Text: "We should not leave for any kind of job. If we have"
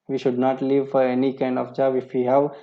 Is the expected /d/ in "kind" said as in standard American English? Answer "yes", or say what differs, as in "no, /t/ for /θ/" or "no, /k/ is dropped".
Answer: yes